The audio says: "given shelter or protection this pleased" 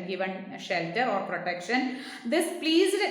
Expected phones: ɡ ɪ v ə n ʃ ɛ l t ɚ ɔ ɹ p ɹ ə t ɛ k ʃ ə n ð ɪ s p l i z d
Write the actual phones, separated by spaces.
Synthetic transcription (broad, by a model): ɡ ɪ v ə n ʃ ɛ l t ɚ ɔ ɹ p ɹ ə t ɛ k ʃ ə n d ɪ s p l i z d